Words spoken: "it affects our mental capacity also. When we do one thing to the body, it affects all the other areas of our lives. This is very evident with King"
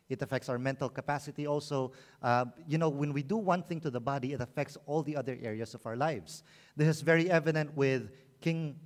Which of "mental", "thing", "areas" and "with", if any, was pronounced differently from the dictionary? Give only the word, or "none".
areas